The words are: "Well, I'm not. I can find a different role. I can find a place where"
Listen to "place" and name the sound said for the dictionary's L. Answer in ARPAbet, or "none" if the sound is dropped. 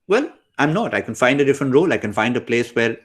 L